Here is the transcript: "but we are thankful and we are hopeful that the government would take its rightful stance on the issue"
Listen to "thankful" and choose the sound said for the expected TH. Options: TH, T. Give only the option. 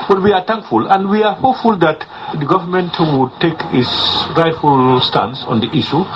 T